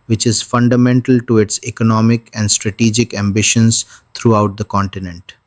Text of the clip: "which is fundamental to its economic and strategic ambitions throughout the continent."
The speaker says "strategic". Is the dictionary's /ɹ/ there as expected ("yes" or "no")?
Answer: yes